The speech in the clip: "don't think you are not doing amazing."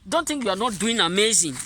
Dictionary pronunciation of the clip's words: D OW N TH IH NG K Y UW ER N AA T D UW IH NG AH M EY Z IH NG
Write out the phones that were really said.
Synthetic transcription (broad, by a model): D OW N T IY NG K Y UW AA N AA T D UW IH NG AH M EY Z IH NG